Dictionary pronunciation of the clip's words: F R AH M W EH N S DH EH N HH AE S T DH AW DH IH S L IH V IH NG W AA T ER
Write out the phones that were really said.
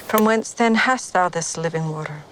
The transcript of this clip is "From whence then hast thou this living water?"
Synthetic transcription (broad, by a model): F R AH M W EH N S DH EH N HH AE S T DH AW DH IH S L IH V IH NG W AA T ER